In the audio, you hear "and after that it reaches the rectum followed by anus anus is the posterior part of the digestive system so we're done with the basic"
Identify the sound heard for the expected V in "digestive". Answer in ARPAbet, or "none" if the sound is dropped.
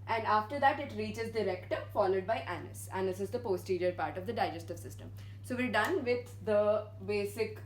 V